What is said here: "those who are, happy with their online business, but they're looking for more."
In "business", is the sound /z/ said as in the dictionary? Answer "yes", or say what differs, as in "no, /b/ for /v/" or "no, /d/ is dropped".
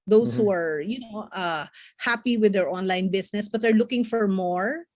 no, /s/ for /z/